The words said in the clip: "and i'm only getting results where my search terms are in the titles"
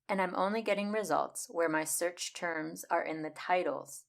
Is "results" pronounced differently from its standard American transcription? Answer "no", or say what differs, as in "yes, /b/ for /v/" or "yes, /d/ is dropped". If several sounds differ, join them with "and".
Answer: no